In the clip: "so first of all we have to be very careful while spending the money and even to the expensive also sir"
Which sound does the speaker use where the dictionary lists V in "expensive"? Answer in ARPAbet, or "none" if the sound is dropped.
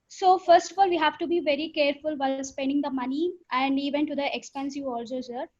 none